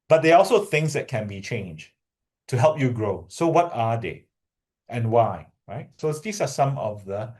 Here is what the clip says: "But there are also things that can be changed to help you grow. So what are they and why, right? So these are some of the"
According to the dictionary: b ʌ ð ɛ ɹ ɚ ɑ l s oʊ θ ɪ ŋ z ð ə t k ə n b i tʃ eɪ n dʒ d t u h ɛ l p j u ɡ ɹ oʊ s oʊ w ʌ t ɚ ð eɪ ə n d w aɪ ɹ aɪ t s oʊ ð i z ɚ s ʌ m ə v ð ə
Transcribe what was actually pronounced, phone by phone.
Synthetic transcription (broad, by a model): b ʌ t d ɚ ɑ l s oʊ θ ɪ ŋ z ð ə t k ə n b i tʃ eɪ n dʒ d t u h ɛ l p j u ɡ ɹ oʊ s oʊ w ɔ t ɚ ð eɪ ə n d w aɪ ɹ aɪ t s oʊ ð i s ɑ s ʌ m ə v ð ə